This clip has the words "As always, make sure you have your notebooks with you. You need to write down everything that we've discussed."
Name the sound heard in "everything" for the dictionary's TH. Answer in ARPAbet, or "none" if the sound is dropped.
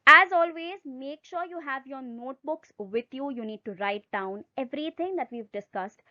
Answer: T